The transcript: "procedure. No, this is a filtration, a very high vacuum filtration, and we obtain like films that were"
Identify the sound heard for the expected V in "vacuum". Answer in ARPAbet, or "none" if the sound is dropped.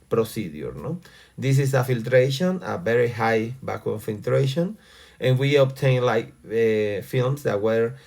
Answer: B